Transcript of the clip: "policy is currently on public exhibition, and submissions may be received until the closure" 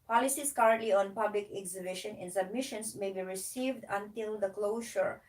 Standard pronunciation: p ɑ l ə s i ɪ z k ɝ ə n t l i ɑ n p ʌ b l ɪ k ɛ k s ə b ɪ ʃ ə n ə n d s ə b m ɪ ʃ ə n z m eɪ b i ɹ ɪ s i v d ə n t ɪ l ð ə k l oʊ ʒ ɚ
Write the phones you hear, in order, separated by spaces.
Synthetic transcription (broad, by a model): p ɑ l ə s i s k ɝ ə n t l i ɑ n p ʌ b l ɪ k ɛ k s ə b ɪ ʃ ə n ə n s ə b m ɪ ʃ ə n s m eɪ b i ɹ ɪ s i v d ə n t ɪ l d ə k l oʊ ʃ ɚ